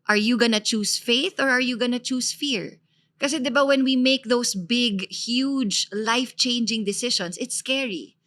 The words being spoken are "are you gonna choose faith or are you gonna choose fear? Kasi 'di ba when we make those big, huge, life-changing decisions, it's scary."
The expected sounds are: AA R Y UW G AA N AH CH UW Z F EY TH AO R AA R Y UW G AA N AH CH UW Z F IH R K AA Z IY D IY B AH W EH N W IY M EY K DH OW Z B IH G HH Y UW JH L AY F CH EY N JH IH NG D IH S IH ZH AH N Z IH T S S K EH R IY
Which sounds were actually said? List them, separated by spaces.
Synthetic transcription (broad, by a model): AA R Y UW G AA N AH CH UW S F EY TH AO R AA R Y UW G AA N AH CH UW S F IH R K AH S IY D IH B AH W EH N W IY M EY K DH OW S B IH G HH Y UW JH L AY F CH EY N JH IH NG D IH S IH SH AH N S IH T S S K EH R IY